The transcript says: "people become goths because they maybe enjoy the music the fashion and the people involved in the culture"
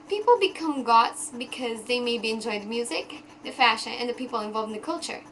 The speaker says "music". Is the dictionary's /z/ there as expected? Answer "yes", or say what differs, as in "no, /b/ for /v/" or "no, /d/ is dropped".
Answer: yes